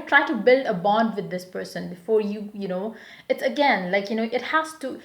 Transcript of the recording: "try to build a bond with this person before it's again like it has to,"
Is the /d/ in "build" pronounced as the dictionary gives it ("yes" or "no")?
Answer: yes